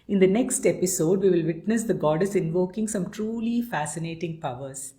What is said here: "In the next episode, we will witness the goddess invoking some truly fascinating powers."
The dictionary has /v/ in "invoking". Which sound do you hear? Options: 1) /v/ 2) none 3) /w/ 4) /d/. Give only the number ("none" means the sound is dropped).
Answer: 1